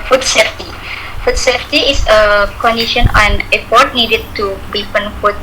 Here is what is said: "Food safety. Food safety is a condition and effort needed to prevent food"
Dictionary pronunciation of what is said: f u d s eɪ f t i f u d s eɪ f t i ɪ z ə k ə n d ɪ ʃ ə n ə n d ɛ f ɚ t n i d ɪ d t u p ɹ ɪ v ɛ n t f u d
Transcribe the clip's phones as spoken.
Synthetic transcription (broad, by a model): f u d s eɪ f t i f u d s eɪ f t i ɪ s ə k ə n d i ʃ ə n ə n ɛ p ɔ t n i d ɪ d t u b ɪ f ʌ n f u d